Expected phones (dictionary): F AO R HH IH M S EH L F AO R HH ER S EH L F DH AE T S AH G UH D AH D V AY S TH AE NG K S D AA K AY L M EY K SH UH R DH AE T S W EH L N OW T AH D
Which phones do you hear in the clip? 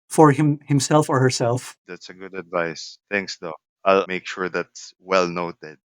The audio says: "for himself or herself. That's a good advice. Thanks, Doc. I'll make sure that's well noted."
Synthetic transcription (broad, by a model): F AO R HH IH M S EH L F AO R HH ER S EH L F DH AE T S AH G UH D AH D V AY S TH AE NG K S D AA AY L M EY K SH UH R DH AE T S W EH L N OW T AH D